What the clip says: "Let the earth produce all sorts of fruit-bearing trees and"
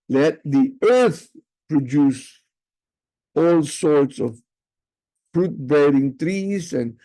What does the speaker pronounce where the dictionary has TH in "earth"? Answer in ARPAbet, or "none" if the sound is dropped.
TH